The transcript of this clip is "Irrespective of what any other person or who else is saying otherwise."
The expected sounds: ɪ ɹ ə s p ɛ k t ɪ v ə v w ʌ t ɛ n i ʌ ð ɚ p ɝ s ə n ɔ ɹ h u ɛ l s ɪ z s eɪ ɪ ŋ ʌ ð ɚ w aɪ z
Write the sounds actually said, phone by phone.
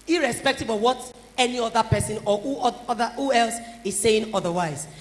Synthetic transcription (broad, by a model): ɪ ɹ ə s p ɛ k t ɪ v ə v w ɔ t ɛ n i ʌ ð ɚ p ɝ s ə n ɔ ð h u ɛ l s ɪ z s eɪ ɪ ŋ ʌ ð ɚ w aɪ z